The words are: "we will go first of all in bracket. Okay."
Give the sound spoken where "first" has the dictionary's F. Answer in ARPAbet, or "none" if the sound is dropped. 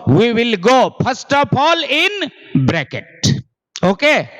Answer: P